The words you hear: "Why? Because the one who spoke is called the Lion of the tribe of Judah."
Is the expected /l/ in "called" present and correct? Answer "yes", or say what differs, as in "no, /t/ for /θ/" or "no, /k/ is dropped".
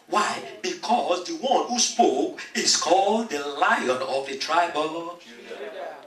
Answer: yes